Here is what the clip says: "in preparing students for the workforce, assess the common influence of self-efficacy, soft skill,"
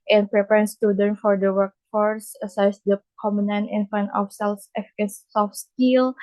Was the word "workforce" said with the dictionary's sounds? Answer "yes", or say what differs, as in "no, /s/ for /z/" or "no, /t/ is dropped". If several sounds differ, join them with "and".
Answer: yes